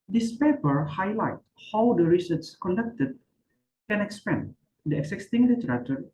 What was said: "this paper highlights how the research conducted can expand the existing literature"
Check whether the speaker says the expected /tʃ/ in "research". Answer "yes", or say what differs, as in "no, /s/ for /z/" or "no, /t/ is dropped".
no, /s/ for /tʃ/